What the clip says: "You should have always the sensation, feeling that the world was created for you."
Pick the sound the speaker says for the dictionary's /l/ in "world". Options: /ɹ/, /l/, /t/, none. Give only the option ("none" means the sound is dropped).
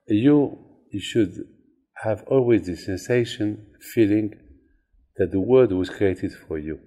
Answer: none